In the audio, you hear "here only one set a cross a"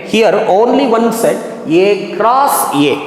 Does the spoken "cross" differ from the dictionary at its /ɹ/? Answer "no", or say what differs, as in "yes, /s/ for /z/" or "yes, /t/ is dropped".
no